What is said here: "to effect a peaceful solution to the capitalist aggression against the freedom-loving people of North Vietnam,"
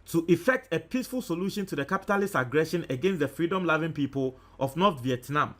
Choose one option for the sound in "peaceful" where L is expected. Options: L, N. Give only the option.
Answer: L